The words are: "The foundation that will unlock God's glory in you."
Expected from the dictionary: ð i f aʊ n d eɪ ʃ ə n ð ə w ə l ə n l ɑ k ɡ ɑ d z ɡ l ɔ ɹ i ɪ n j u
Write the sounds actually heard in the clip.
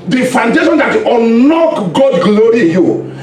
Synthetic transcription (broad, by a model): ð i f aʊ n d eɪ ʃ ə n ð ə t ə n ɑ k ɡ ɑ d ɡ l ɔ ɹ i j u